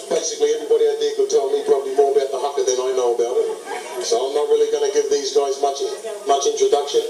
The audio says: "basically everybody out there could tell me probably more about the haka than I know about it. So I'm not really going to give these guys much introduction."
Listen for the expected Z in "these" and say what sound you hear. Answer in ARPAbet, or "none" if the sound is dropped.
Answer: Z